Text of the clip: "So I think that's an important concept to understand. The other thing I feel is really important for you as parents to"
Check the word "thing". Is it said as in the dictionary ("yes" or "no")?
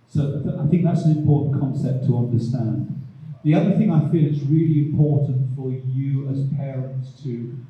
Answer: yes